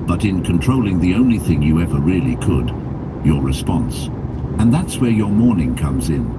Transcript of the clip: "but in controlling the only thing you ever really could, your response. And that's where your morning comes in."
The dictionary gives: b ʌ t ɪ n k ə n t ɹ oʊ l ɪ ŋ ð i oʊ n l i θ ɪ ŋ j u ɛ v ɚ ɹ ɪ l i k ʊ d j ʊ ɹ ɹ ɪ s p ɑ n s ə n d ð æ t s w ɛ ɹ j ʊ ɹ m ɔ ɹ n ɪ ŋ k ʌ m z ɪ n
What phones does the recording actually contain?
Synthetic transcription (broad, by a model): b ʌ t ɪ n k ə n t ɹ oʊ l ɪ ŋ ð i oʊ n l i θ ɪ ŋ j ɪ ɛ v ɚ ɹ ɪ l i k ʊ d j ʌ ɹ ɹ ɪ s p ɑ n s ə n ð æ t s w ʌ ɹ j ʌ ɹ m ɔ ɹ n ɪ ŋ k ʌ m z ɪ n